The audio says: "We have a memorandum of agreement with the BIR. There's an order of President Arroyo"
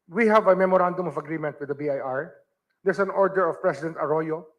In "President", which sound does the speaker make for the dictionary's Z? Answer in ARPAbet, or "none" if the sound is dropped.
S